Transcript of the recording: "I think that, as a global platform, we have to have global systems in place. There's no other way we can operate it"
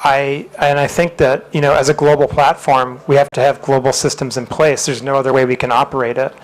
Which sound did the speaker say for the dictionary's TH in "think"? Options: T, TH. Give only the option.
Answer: TH